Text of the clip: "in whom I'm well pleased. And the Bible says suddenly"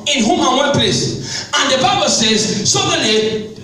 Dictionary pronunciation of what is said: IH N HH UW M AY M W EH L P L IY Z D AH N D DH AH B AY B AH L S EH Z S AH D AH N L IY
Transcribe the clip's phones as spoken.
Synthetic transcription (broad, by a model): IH N HH UW M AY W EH N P L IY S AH N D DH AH B AY B AH L S EH Z S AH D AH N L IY